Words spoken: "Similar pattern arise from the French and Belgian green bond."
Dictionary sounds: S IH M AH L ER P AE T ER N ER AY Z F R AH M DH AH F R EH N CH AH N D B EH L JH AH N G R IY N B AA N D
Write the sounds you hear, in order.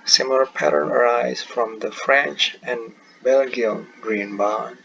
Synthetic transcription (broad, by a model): S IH M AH L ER P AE T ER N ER AY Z F R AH M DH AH F R EH N CH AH N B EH L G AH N G R IY N B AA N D